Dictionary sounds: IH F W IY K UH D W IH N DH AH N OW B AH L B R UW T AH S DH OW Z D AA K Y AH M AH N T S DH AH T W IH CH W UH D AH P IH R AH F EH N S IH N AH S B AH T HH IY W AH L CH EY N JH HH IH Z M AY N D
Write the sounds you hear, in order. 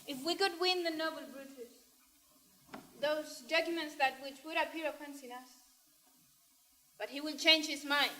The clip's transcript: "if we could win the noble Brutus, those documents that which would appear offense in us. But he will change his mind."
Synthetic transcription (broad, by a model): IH F W IY K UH D W IH N DH AH N OW B AH L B R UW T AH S DH OW Z D AA K Y AH M AH N T S DH AH T W IH CH W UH D AH P IH R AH P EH N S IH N AH S B AH T HH IY W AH N CH EY N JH HH IH Z M AY N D